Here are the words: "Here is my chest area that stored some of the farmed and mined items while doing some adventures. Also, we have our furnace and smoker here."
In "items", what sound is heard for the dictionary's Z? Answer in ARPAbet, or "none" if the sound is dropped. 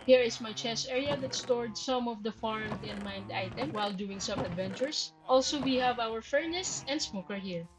none